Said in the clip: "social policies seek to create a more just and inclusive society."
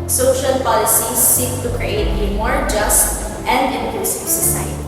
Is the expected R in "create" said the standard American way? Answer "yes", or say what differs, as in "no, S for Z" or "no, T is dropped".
yes